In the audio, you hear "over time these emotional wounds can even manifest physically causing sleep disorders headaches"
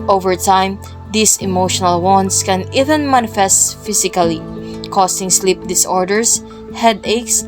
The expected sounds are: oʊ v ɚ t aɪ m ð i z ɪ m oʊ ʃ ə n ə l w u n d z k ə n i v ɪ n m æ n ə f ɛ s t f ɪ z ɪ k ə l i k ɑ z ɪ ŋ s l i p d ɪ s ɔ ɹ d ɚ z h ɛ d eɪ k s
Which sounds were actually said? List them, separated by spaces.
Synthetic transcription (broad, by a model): oʊ v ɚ t aɪ m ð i s ɪ m oʊ ʃ ə n ə l w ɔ n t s k ə n i v ɪ n m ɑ n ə f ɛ s t f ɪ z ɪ k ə l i k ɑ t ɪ ŋ s l i p d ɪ s ɔ ɹ d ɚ s h ɛ d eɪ k s